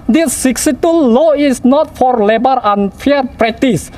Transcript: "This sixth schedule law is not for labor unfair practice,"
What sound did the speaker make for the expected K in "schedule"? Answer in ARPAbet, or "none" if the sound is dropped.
none